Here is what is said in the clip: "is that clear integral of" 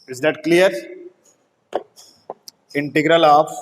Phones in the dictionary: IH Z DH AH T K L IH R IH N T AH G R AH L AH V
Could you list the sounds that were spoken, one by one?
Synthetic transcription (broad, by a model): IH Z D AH T K L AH R IH N T AH G R AH L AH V